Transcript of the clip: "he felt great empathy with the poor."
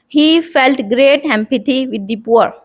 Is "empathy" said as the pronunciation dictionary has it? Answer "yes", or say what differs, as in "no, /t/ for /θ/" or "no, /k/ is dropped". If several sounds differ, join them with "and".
no, /t/ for /θ/